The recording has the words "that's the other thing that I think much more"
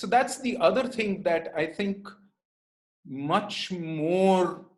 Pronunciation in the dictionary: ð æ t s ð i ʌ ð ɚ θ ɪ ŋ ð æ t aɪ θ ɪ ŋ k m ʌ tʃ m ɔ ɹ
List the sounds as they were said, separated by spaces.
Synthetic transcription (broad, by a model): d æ t s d i ʌ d ɚ t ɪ ŋ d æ t aɪ t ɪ ŋ k m ʌ tʃ m ɔ ɹ